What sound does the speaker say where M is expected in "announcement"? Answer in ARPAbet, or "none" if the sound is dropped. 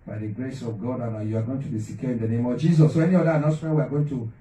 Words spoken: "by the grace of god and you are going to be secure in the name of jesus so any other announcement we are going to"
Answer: none